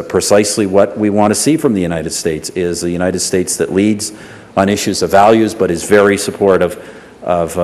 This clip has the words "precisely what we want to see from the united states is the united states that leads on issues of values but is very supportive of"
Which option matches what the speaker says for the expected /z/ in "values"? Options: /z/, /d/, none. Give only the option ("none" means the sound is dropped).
/z/